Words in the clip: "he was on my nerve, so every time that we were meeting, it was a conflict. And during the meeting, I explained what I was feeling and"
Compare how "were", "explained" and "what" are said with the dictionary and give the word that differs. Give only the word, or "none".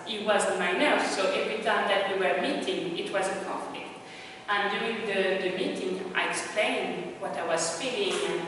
none